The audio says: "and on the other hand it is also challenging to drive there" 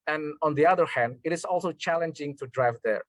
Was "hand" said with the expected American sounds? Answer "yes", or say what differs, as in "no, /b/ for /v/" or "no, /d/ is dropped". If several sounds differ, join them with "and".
yes